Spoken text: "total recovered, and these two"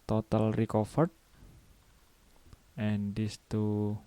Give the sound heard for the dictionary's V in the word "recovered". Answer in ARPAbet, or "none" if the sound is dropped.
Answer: F